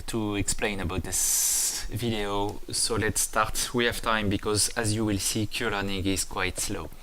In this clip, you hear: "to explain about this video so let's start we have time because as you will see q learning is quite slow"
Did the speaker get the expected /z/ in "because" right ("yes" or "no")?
yes